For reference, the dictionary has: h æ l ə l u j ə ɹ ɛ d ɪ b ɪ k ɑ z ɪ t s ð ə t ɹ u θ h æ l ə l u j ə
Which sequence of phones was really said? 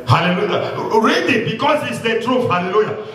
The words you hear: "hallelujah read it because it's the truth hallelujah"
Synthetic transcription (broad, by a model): h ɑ l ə l u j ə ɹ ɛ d ɪ b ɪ k ɑ s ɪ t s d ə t ɹ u f h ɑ l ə l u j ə